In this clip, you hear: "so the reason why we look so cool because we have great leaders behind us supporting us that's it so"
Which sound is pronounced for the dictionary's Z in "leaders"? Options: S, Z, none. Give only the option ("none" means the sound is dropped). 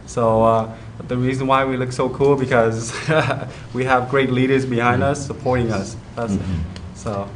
Z